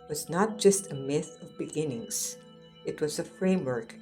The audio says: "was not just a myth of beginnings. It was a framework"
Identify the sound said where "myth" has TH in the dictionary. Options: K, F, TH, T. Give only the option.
TH